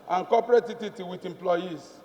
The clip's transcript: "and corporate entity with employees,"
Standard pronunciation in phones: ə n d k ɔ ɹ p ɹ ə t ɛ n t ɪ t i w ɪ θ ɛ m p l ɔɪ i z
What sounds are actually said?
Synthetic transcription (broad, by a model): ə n k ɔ p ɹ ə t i t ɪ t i w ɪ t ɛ m p l ɔɪ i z